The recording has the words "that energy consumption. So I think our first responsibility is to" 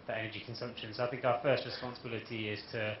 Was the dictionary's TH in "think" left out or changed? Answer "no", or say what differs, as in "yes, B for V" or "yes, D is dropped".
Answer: no